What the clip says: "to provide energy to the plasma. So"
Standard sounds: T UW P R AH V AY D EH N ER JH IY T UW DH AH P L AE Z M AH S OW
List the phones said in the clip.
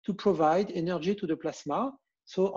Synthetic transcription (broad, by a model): T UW P R AH V AY D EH N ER ZH IY T UW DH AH P L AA S M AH S OW